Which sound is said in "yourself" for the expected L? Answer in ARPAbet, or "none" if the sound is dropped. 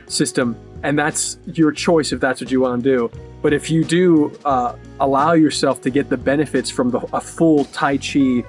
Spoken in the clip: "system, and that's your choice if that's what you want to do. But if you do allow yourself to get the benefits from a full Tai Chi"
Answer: L